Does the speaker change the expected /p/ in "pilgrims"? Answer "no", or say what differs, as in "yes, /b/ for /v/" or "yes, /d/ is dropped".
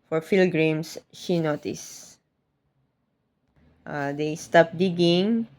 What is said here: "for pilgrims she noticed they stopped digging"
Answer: yes, /f/ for /p/